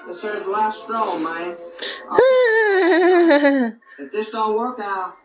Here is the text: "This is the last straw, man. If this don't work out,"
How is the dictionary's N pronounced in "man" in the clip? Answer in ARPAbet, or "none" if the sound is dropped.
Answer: none